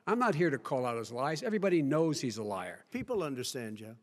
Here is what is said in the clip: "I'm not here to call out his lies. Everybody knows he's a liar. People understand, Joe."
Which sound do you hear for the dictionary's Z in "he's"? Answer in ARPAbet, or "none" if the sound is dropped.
Z